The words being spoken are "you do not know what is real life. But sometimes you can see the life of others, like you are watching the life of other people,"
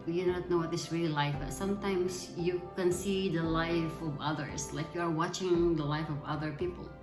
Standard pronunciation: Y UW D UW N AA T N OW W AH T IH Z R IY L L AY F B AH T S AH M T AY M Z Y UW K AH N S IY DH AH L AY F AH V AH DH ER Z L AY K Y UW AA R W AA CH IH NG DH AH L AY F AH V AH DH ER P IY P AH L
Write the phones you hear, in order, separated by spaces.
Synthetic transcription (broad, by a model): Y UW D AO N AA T N OW W AH T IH S R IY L L AY F B AH T S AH M T AY M S Y UW K AH N S IY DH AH L AY F AH V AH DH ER S L AY K Y UW AA R W AA CH IH NG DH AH L AY F AH V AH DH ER P IY P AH L